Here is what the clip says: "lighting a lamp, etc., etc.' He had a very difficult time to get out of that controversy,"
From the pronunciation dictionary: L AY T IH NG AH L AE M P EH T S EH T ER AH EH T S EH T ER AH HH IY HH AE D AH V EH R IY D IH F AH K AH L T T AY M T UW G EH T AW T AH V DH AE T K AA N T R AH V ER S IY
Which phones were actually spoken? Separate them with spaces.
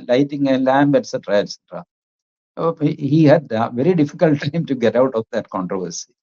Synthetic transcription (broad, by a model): L AY T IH NG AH L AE M B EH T S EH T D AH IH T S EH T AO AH HH IY HH AE D V EH R IY D IH F AH K AH L T T AY M T UW G EH T AW T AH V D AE T K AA N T R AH V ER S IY